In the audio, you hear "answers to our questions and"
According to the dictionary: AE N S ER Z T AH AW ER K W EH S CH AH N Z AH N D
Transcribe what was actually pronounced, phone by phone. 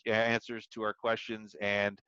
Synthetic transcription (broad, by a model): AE N S ER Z T AH AW ER K W EH S CH AH N Z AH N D